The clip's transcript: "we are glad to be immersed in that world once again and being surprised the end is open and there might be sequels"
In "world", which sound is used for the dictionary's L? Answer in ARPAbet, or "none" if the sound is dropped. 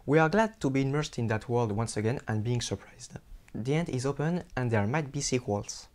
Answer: L